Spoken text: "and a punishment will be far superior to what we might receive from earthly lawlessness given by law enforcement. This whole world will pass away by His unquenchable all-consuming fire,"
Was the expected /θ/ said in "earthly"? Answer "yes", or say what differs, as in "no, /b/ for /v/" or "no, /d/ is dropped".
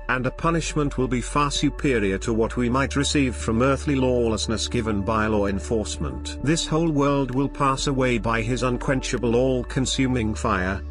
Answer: yes